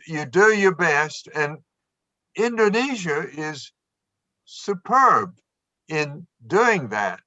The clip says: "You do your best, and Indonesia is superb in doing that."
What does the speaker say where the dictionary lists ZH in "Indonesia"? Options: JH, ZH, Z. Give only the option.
ZH